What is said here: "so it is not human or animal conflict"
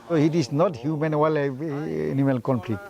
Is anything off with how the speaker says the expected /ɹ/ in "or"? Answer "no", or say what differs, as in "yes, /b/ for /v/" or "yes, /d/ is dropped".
yes, /l/ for /ɹ/